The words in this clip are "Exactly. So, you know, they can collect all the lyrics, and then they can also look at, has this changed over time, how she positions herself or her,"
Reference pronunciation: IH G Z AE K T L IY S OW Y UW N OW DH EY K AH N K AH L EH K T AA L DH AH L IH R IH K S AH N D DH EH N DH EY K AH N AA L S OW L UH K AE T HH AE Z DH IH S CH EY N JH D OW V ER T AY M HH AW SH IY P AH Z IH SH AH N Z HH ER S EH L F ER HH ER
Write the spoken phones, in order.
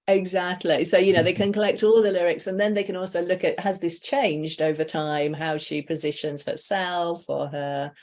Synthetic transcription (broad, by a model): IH G Z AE K T L IY S OW Y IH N OW DH EY K AH N K AH L EH K T AA L DH AH L IH R IH K S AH N DH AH N DH EY K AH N AA L S OW L UH K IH T HH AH Z DH IH S CH EY N JH D OW V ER T AY M HH AW SH IY P AH Z IH SH AH N Z HH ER S EH L F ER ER